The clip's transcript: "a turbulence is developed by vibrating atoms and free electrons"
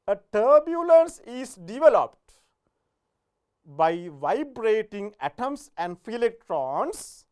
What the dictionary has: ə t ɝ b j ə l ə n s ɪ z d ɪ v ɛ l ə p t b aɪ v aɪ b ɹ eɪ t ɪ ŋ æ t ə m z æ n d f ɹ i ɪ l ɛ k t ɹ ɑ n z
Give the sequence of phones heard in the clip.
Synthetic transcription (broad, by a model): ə t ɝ b j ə l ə n s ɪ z d ɪ v ɛ l ə p t b aɪ v aɪ b ɹ eɪ t ɪ ŋ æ t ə m s æ n d f i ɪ l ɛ k t ɹ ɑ n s